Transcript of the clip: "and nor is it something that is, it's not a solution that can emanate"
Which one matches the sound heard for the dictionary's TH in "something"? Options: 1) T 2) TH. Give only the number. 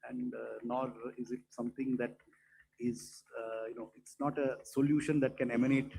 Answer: 1